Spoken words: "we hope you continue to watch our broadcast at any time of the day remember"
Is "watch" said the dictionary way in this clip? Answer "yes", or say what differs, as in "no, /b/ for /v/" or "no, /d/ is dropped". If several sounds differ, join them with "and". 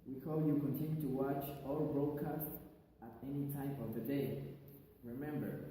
yes